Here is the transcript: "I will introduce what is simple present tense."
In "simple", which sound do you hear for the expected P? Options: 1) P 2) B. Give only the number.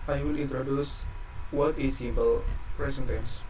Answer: 2